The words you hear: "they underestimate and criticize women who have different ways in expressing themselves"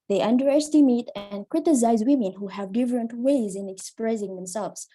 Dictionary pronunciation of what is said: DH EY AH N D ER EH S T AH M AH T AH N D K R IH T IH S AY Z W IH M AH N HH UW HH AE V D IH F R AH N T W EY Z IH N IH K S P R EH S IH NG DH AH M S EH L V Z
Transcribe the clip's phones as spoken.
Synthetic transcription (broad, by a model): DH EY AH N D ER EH S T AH M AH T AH N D K R IH T IH S AY Z W IH M AH N HH UW HH AE V D IH F R AH N T W EY Z IH N IH K S P R EH S IH NG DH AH M S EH L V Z